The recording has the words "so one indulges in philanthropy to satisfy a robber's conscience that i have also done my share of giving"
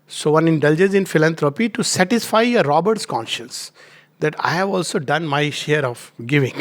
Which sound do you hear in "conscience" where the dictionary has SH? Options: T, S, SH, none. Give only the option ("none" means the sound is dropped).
SH